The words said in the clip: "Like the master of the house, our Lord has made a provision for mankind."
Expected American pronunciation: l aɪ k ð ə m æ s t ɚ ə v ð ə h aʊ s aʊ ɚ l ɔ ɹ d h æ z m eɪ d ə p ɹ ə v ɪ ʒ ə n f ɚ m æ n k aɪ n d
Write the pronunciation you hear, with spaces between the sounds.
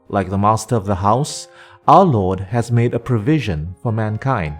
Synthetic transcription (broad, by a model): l aɪ k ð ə m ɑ s t ɚ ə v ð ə h aʊ s aʊ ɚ l ɔ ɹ d h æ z m eɪ d ə p ɹ ə v ɪ ʒ ə n f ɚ m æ n k aɪ n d